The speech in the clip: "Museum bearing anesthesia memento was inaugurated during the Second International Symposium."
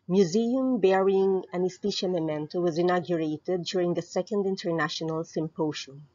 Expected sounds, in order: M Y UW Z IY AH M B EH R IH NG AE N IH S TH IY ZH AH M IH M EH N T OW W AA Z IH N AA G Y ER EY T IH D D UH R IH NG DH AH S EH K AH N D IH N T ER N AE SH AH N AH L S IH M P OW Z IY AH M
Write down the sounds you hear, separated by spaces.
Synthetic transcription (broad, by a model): M Y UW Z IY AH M B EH R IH NG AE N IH S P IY SH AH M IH M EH N T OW W AA Z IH N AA G Y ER EY T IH D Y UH R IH NG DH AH S EH K AH N D IH N T ER N AE SH AH N AH L S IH M P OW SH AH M